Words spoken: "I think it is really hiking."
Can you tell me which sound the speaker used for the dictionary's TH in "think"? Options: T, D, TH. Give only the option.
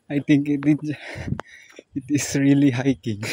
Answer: T